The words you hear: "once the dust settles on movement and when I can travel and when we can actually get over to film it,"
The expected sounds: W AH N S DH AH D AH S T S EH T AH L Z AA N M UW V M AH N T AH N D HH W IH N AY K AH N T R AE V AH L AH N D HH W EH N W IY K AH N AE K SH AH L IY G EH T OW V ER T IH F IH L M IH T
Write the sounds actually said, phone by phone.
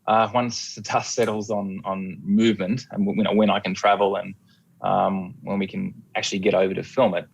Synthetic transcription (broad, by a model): W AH N S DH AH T AH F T S EH T L Z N N M UW V M AH N T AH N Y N W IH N AY K AH N T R AE V L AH N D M W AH N W IY K AH N AE K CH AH L IY G EH T OW V ER T IH F IH L M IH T